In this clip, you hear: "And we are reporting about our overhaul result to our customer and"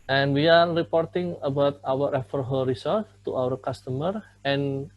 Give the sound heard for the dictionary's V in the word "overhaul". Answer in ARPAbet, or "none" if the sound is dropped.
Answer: F